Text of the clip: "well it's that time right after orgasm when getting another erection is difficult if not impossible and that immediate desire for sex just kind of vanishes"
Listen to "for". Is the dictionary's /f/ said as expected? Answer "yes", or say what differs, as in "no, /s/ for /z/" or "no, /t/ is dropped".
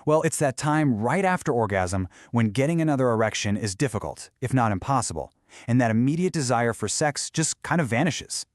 yes